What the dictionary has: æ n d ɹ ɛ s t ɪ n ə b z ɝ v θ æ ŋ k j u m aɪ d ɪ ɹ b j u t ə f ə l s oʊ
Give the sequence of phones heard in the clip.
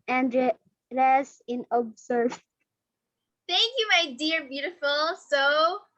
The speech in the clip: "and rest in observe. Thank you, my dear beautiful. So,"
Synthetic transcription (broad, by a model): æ n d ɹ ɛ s ɪ n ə b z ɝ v θ æ ŋ k j u m aɪ d ɪ ɹ b j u t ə f l s oʊ